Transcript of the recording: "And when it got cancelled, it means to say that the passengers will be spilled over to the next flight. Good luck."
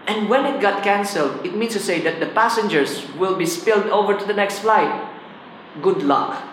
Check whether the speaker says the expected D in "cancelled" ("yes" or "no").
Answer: yes